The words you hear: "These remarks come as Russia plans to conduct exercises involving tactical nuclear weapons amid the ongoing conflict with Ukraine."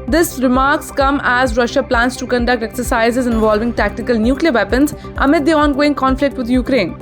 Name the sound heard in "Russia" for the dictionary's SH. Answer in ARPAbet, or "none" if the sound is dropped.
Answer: SH